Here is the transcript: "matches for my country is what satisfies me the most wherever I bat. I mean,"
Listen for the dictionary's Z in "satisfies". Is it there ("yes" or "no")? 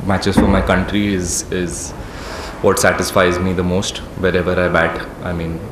yes